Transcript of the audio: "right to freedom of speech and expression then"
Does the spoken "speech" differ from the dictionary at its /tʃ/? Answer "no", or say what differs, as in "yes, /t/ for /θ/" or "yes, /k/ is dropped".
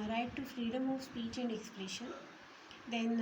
no